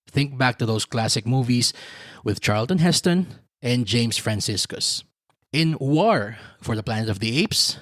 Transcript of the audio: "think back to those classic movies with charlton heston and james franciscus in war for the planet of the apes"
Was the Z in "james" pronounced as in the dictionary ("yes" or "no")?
no